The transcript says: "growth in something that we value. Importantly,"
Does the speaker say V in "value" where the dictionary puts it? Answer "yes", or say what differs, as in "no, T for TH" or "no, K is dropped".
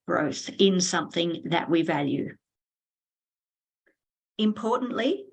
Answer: yes